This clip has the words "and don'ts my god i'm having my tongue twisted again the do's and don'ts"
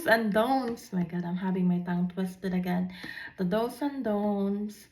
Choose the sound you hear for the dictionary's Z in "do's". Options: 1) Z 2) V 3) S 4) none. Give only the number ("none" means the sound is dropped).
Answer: 3